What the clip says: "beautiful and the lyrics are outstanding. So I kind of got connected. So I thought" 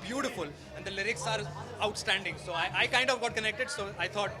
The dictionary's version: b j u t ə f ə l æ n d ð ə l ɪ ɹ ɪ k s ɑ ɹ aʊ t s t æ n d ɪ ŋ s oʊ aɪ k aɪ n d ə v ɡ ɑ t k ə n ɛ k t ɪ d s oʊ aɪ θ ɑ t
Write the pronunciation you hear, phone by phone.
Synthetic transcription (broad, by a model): b j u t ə f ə l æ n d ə l ɪ ɹ ɪ k s ɑ ɹ aʊ t s t æ n d ɪ ŋ s oʊ aɪ k aɪ n d ə v ɡ ɑ t k ə n ɛ k t ɪ d s oʊ aɪ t ɑ t